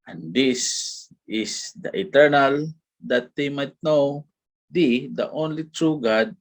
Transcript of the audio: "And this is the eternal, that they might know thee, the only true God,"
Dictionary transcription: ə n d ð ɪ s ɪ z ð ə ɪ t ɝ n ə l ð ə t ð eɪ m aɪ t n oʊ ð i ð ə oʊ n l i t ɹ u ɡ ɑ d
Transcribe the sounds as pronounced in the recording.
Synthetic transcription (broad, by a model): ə n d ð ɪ s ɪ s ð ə ɪ t ɝ n ə l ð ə t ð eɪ m aɪ t n oʊ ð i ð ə oʊ n l i t ɹ u ɡ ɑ d